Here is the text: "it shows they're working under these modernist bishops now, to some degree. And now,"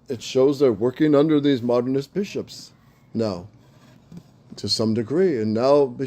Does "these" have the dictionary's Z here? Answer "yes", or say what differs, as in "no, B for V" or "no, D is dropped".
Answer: yes